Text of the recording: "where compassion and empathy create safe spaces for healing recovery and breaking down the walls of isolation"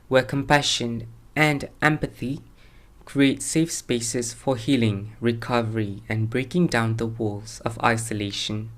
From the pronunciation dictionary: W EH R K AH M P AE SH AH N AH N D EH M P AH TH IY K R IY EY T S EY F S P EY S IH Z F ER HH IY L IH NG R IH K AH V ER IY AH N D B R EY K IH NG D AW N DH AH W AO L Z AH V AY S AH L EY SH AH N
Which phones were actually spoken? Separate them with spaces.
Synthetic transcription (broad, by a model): W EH K AH M P AE SH AH N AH N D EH M P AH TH IY K R IY EY T S EY F S P EY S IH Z F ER HH IY L IH NG R IH K AH V ER IY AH N B R EY K IH NG D AW N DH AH W AO L Z AH V AY S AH L EY SH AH N